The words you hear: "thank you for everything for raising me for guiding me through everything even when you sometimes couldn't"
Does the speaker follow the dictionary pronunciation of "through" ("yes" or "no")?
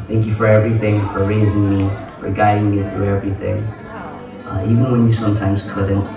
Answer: yes